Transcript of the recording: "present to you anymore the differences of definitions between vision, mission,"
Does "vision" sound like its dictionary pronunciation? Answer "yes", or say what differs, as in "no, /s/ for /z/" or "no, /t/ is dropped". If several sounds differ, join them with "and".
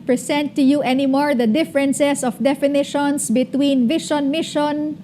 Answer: no, /ʃ/ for /ʒ/